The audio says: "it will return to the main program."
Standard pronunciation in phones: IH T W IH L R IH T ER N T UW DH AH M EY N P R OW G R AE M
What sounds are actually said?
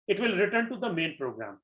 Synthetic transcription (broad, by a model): IH T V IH L R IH T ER N T UW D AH M EY N P R OW G R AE M